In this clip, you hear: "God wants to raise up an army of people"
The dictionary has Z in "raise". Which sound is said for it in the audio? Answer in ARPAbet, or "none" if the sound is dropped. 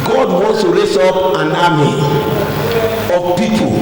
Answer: S